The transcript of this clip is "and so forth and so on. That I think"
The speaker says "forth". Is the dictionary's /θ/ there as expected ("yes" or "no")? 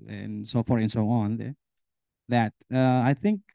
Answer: no